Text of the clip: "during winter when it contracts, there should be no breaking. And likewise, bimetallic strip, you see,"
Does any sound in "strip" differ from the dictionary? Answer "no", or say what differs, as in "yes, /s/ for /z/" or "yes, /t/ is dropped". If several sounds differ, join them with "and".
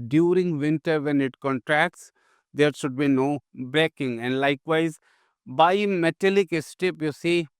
yes, /ɹ/ is dropped